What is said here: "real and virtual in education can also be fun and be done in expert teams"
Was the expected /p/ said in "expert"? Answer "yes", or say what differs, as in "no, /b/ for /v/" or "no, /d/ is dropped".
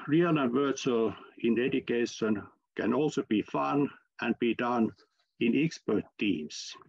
yes